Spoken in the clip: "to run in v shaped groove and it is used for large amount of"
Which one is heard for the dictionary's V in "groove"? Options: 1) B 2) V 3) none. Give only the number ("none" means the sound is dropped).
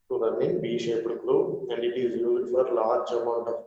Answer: 3